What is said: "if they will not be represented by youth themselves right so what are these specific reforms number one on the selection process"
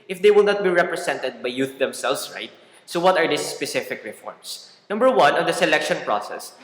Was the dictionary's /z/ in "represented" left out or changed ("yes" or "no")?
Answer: yes